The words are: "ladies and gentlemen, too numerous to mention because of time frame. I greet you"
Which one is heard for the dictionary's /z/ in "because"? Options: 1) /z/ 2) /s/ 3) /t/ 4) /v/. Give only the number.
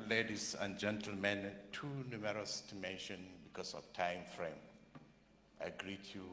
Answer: 2